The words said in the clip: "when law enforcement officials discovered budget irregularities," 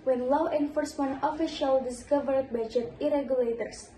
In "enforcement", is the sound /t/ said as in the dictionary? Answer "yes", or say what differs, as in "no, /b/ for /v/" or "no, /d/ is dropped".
no, /t/ is dropped